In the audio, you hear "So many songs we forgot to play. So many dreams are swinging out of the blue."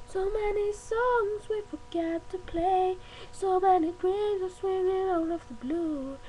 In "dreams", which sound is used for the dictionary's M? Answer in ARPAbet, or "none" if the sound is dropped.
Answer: none